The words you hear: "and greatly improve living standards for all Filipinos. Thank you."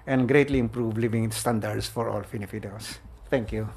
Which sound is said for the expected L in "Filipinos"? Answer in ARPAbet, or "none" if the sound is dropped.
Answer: N